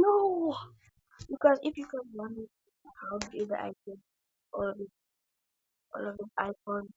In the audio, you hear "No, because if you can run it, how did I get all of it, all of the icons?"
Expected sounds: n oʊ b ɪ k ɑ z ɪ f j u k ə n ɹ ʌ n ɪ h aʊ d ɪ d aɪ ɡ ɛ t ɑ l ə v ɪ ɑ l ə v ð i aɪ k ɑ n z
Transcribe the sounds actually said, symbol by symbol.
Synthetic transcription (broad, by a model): n oʊ b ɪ k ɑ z ɪ f j u k ə n w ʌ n ɪ h aʊ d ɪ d aɪ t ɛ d ɑ l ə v ɪ ɑ l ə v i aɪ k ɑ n